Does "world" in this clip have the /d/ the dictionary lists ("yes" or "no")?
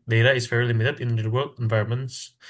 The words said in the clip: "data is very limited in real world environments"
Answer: no